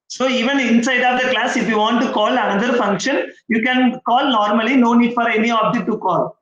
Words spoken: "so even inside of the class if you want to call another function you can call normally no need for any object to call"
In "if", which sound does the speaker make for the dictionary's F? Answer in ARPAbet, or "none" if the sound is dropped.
F